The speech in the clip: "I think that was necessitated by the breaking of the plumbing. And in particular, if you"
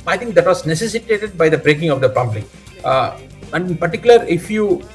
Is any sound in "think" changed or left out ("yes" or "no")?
yes